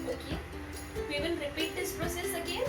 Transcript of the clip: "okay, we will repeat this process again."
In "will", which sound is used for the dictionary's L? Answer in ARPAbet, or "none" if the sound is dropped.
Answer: N